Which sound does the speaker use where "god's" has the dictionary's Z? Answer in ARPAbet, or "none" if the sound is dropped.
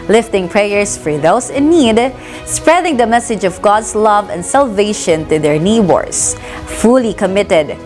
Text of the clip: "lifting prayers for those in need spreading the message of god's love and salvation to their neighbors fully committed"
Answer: S